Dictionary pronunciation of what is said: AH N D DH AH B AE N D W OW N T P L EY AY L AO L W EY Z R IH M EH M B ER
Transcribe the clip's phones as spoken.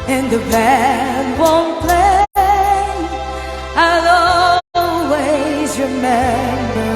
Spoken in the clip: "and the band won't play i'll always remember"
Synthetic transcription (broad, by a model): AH N DH AH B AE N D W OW N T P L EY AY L AO L W EY Z R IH M EH M B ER